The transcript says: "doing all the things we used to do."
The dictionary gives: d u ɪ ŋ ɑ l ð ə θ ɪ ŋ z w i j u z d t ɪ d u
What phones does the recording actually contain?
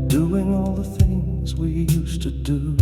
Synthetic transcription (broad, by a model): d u ɪ ŋ ɑ l ð ə θ ɪ ŋ z w i j u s t ɪ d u